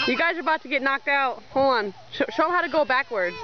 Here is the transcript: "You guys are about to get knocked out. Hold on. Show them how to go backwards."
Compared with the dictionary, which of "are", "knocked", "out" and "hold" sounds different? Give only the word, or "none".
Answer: hold